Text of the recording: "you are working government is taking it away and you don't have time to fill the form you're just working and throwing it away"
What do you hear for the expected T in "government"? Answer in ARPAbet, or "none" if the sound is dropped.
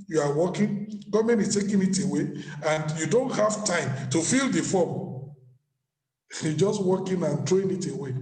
none